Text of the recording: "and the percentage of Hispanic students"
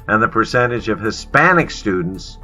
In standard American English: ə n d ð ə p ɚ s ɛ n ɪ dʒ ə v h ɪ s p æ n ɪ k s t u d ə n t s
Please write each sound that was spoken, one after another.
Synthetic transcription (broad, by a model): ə n ð ə p ɚ s ɛ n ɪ dʒ ə v h ɪ s p æ n ɪ k s t u d n t s